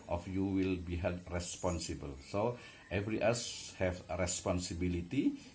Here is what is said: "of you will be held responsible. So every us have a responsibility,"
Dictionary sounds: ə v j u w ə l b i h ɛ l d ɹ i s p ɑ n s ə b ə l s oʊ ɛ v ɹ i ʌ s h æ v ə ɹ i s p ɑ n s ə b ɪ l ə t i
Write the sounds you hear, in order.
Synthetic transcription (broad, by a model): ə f j u w ə l b i h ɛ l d ɹ i s p ɑ n s ə b ə l s oʊ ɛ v ɹ i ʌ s h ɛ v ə ɹ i s p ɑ n s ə b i l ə t i